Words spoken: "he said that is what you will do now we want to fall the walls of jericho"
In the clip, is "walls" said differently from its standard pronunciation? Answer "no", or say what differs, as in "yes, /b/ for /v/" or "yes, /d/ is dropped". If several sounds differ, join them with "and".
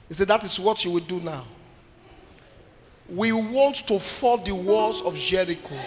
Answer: yes, /l/ is dropped